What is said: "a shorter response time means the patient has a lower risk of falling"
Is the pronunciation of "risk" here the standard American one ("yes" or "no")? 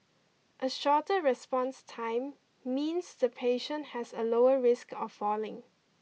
yes